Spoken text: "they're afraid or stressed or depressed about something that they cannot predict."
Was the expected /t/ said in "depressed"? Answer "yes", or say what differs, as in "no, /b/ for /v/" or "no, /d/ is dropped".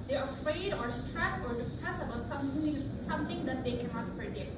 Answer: no, /t/ is dropped